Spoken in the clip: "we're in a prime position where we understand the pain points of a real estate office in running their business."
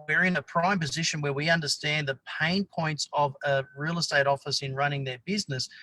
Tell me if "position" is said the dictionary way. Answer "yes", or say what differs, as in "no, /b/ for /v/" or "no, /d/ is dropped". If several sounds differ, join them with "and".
yes